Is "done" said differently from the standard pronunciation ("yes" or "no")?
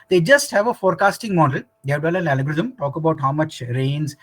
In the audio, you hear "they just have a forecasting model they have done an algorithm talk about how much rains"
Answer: yes